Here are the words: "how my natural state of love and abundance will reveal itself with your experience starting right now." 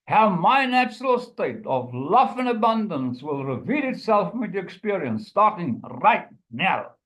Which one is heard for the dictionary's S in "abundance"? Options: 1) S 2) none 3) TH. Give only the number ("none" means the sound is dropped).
1